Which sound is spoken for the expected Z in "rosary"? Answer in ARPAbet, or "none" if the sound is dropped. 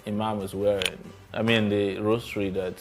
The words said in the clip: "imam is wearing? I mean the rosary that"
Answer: S